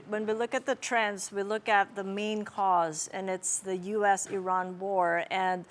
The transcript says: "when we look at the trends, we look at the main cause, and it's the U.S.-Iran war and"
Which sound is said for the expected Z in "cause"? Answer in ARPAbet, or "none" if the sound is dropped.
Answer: Z